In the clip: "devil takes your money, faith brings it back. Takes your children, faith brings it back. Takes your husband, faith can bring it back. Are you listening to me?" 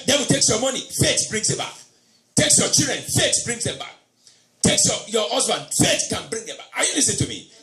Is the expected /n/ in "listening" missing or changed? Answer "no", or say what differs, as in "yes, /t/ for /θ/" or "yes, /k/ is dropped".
yes, /n/ is dropped